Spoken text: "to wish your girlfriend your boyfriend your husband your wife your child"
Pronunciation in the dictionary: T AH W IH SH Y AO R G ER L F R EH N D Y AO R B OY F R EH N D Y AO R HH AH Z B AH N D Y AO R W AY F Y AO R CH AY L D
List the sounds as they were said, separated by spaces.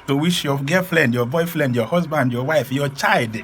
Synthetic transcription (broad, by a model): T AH W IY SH Y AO G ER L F L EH N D Y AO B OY F L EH N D Y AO HH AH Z B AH N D Y AO W AY F Y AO CH AY L D